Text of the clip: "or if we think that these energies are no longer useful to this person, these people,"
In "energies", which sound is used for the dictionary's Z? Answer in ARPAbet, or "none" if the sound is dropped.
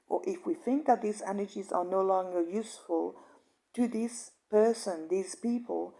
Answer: Z